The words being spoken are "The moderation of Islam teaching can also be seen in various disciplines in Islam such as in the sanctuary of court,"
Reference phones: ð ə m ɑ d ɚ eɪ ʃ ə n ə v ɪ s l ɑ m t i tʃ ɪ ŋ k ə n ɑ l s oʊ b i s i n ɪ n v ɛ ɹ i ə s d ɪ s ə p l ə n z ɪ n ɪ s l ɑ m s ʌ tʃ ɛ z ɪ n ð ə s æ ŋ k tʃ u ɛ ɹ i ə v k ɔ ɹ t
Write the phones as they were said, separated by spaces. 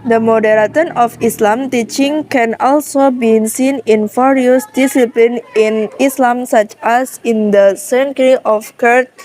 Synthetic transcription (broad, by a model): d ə m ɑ d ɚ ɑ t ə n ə f ɪ s l ɑ m t i tʃ ɪ ŋ k ə n ɑ l s oʊ b i s i n ɪ n f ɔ ɹ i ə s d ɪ s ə p l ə n ɪ n ɪ s l ɑ m s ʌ tʃ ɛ s ɪ n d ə s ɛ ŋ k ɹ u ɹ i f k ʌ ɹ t